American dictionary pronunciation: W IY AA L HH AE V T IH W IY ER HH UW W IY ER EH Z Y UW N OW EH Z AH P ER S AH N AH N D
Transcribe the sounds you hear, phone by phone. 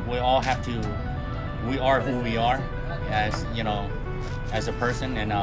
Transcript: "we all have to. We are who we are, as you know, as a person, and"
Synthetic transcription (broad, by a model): W IY AA L HH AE F T IH W IY ER HH UW W IY ER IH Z Y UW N OW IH Z AH P ER S AH N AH N